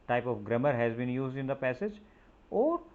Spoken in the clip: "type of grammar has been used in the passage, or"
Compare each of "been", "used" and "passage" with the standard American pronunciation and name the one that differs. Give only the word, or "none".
none